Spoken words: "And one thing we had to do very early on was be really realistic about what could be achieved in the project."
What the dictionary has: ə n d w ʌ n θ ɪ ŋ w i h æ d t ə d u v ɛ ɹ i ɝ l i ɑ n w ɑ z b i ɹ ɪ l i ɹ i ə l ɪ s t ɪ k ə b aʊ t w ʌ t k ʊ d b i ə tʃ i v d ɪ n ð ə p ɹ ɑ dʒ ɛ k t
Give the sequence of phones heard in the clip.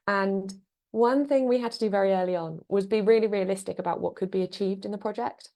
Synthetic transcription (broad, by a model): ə n w ʌ n θ ɪ ŋ w i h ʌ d t ə d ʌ v ɛ ɹ i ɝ l i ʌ n w ɑ z b i ɹ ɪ l i ɹ i ə l ɪ s t ɪ k ə b aʊ t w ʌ t k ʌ d b i ə tʃ i v d ɪ n ð ə p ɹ ɑ dʒ ɛ k t